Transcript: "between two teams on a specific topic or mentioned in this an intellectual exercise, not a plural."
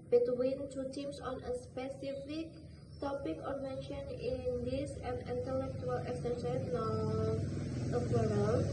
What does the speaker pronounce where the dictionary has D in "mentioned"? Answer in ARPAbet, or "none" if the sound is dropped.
none